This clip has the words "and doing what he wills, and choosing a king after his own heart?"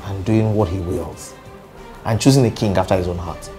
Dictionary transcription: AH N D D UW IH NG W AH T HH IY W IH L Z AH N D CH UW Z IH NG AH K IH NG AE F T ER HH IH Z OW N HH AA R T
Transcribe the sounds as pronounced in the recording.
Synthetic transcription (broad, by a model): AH N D D UW IH NG W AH T HH IY W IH L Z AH N CH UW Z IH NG AH K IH NG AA F T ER HH IH Z OW N HH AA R T